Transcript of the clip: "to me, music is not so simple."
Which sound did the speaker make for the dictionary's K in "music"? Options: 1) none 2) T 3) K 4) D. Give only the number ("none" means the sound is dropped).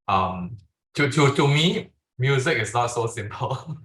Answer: 3